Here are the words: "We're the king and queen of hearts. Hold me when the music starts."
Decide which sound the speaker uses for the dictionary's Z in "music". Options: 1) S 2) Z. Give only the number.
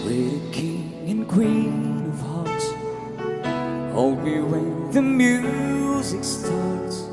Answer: 2